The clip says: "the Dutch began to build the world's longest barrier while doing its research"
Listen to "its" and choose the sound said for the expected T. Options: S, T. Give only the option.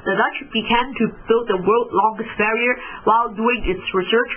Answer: T